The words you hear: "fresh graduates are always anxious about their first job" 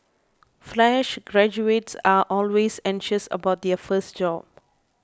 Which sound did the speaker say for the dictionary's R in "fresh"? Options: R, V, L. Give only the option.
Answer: L